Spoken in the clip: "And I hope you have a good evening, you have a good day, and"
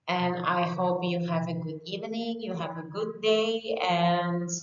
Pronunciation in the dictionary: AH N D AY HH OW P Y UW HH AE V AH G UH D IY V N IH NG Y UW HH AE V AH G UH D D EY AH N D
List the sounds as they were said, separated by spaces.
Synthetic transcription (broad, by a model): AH N AY HH OW P Y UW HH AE V AH G UH D IY V N IH NG Y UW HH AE V AH G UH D D EY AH N